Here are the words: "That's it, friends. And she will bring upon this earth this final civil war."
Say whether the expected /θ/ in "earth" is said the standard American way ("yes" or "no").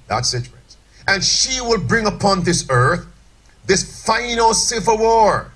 yes